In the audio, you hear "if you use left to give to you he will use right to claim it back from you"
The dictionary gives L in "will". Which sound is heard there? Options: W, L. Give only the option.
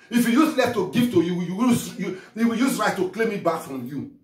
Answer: W